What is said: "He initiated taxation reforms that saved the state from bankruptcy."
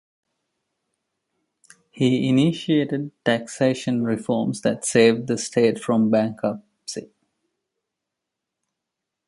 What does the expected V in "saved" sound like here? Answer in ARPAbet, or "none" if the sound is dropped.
V